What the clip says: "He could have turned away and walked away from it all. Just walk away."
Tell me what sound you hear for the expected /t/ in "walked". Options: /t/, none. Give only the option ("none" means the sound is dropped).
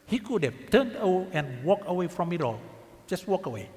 none